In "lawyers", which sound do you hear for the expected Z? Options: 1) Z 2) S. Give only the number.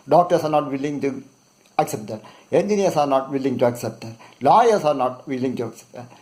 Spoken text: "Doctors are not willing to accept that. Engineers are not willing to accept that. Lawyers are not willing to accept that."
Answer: 2